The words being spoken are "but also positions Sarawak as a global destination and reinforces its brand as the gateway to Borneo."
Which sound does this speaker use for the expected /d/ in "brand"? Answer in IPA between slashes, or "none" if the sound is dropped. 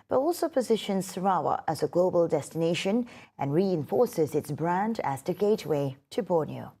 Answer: /d/